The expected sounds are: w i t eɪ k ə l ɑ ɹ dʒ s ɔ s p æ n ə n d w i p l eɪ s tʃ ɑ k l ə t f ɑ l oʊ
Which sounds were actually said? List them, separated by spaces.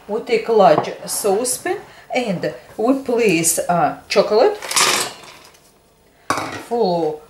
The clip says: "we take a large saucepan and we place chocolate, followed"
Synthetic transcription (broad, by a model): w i t eɪ k l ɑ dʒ s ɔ s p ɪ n ə n d w i p l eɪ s tʃ ɑ k l ə t f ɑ l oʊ